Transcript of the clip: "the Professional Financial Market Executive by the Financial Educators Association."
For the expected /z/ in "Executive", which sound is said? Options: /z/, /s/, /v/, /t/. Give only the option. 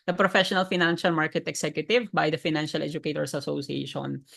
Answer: /s/